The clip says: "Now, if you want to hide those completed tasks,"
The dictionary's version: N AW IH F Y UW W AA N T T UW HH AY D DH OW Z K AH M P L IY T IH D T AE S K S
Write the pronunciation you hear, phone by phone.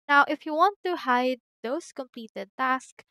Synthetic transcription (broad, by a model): N AW IH F Y UW W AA N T T UW HH AY D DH OW S K AH M P L IY T IH D T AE S K